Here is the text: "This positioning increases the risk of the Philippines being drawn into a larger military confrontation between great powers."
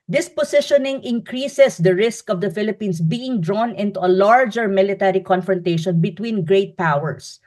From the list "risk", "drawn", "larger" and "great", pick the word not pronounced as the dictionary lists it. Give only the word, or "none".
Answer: none